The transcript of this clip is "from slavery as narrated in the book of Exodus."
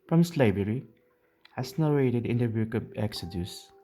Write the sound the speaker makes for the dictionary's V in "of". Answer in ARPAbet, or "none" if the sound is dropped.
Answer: B